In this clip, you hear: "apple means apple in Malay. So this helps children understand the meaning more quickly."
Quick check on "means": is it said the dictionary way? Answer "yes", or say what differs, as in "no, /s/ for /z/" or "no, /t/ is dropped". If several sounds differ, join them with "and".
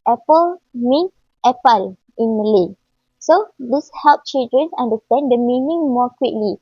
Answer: no, /z/ is dropped